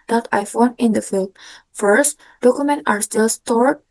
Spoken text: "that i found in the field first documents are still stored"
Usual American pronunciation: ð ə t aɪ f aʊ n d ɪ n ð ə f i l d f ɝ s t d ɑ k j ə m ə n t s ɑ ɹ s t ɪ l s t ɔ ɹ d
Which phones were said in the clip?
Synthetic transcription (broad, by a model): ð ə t aɪ f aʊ n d ɪ n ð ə f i l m f ɝ s t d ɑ k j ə m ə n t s ɑ ɹ s t ɪ l s t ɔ ɹ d